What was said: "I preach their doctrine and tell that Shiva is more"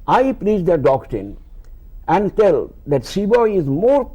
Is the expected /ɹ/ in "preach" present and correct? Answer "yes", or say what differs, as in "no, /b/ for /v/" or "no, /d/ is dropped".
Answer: no, /l/ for /ɹ/